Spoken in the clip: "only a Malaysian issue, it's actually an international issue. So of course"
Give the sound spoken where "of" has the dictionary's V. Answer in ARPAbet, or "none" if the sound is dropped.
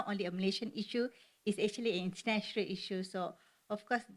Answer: F